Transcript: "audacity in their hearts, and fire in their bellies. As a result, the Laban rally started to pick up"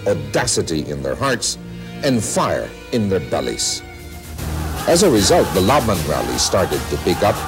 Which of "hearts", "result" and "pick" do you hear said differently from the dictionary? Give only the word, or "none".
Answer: none